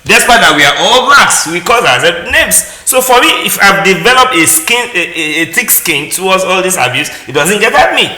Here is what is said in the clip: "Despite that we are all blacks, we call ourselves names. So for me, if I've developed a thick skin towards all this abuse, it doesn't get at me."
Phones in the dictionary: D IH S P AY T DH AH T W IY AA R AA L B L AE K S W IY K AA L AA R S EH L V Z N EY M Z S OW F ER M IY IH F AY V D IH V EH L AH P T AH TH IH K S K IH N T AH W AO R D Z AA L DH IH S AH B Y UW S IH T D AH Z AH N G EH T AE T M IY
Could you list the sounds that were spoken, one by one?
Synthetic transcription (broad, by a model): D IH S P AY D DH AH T W IY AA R AA L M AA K S W IY K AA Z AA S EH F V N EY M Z S OW F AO M IY IH F AY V D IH V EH L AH P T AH T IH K S K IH N T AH W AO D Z AA L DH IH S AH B Y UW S IH T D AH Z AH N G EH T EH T M IY